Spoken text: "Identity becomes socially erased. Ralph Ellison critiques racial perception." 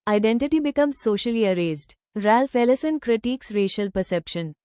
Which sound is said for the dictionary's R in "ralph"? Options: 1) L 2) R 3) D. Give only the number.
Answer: 2